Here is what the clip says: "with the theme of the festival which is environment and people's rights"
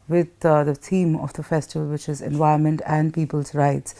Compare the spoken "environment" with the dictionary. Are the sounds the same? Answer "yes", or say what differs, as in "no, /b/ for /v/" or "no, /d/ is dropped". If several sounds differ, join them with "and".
no, /ɹ/ is dropped